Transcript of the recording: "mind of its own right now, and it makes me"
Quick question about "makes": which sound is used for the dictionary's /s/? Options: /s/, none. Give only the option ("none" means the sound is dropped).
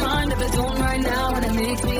none